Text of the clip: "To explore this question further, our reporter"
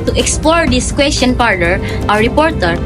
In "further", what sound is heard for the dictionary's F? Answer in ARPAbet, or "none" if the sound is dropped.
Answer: P